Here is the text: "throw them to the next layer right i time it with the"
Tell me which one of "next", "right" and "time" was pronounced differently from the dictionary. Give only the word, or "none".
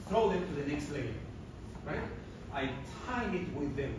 time